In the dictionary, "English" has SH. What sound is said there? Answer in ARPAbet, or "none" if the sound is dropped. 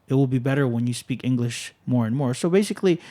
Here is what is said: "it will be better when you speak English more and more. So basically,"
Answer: SH